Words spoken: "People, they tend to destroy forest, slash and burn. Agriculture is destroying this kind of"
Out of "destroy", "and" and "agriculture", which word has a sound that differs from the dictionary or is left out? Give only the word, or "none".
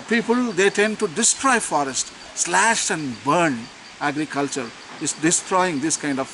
none